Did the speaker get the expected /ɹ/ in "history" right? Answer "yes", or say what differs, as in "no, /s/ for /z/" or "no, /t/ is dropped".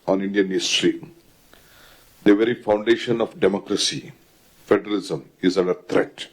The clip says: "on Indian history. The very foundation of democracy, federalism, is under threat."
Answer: yes